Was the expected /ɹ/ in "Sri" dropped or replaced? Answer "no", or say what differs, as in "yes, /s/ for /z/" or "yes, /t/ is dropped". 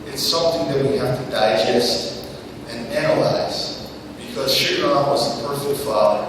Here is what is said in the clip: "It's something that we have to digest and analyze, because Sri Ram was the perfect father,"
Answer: yes, /ɹ/ is dropped